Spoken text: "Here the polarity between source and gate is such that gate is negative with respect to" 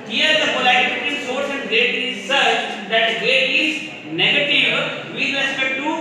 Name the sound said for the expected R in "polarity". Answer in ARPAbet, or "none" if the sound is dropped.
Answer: none